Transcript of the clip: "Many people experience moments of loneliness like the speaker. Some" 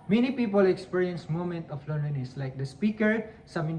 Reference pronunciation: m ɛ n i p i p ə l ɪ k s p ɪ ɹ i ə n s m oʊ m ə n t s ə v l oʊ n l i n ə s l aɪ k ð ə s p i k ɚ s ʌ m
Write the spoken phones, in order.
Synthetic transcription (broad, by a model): m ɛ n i p i p ə l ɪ k s p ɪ ɹ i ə n s m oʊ m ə n t ə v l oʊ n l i n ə s l aɪ k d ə s p i k ɚ s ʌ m